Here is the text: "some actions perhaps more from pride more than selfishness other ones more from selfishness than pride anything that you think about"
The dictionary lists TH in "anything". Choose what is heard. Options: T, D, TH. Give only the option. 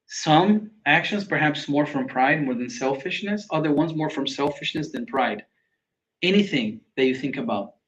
TH